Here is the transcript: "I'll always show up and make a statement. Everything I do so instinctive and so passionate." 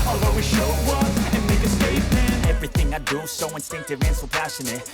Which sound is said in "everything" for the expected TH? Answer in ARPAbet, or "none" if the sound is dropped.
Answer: TH